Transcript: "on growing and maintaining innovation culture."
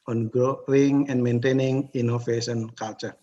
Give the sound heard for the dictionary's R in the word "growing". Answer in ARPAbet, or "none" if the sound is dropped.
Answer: none